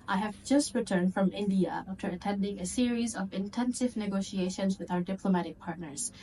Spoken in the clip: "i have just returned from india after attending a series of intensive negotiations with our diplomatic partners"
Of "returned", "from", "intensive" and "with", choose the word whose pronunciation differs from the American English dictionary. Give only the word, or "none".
none